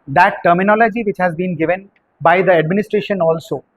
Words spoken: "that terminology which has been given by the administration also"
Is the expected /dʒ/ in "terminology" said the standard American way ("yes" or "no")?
yes